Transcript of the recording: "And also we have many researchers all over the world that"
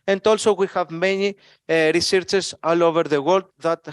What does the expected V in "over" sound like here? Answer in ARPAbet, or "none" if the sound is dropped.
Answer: V